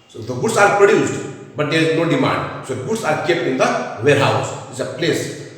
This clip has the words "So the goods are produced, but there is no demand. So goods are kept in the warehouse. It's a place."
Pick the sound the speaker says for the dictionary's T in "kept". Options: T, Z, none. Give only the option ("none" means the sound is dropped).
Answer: none